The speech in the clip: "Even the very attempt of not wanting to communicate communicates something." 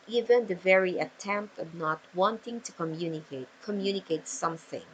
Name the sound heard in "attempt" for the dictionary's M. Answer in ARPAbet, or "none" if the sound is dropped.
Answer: M